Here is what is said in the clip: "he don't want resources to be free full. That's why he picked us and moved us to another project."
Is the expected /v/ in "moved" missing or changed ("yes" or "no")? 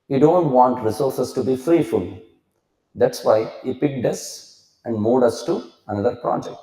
yes